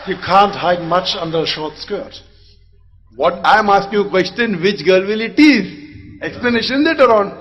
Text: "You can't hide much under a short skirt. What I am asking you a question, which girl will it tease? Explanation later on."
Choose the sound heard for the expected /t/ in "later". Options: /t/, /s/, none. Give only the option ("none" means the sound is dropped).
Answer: /t/